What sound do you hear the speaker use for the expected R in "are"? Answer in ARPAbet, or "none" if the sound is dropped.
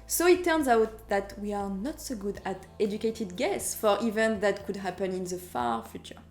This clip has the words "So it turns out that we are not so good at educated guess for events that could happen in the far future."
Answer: R